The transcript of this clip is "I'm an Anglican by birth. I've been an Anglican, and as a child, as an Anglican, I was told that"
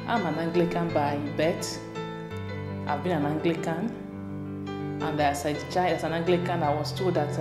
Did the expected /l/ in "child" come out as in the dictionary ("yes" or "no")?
no